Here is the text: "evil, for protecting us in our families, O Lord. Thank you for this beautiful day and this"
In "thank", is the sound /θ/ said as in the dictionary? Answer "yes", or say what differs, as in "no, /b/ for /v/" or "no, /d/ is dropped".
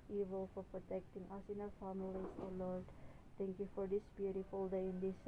no, /t/ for /θ/